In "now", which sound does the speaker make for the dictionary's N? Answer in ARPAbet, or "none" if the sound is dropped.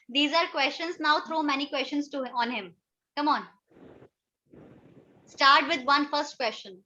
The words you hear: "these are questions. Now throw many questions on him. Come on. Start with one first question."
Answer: N